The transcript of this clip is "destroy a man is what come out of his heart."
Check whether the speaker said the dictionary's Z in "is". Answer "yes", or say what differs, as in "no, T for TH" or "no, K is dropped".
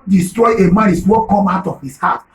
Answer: no, S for Z